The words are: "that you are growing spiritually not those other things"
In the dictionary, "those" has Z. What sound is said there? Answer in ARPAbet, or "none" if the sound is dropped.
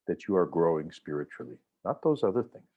Z